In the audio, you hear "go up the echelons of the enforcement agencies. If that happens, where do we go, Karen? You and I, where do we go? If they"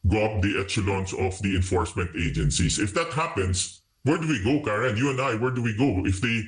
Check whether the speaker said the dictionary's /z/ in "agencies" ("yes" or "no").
no